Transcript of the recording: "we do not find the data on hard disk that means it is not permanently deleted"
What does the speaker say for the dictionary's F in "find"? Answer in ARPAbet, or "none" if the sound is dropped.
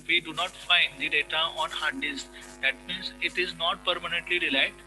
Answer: F